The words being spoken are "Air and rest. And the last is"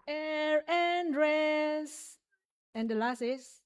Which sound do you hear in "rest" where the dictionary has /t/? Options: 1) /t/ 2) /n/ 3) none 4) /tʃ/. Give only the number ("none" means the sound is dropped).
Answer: 3